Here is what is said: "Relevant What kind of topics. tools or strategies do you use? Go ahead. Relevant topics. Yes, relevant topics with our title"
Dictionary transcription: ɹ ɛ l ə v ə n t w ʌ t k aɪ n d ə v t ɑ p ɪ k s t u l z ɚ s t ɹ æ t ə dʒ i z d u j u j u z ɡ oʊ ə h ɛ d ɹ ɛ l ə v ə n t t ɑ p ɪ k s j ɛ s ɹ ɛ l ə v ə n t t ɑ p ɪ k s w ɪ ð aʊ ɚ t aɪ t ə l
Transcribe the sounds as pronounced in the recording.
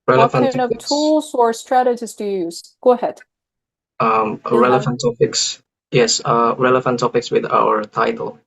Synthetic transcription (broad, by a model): ɹ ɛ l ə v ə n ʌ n ə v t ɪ t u l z ɚ s t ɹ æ t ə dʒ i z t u j u z ɡ oʊ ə h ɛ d ɹ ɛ l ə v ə n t t ɑ p ɪ k s j ɛ s ɹ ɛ l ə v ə n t t ɑ p ɪ k s w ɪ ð aʊ ɚ t aɪ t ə l